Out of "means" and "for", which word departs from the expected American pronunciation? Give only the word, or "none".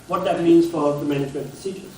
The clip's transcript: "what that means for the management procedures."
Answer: none